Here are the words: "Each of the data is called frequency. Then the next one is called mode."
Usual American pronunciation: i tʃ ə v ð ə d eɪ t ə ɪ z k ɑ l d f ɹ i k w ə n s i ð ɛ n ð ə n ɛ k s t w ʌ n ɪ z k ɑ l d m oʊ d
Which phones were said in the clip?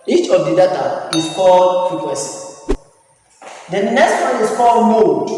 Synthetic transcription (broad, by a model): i tʃ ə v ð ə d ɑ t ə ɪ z k ɑ l d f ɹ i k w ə s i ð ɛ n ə n ɛ k s t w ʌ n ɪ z k ɑ l d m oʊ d